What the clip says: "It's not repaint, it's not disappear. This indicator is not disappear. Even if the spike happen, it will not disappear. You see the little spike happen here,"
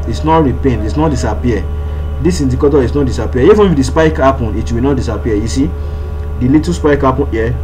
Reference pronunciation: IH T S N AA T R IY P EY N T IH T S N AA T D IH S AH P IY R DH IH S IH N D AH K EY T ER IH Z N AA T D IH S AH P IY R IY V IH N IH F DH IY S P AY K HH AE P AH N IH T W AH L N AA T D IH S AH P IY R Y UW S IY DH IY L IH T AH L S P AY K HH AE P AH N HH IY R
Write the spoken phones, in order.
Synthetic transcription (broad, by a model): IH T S N AA T R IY P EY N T IH T S N AA T D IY S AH P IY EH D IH S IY N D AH K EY T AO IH S N AA T D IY S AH P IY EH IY F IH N IH F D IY S P AY K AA P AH N IH T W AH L N AA T D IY S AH P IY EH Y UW S IY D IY L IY T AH S P AY K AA P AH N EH